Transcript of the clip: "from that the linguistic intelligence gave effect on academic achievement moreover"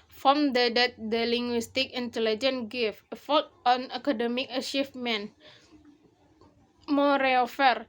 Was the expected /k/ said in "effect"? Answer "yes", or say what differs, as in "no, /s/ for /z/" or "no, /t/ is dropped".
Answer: no, /k/ is dropped